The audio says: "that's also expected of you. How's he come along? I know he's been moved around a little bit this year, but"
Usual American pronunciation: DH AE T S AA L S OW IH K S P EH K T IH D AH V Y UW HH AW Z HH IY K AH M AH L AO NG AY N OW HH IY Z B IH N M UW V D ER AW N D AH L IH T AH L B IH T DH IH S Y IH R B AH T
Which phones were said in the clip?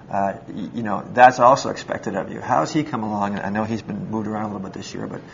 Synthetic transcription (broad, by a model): DH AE T S AA L S OW IH K S P EH K T IH D AH V Y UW HH AW Z IY K AH M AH L AO NG AY N OW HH IY Z B IH N M UW V D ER AW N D AH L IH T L B IH T DH IH S Y IH R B AH T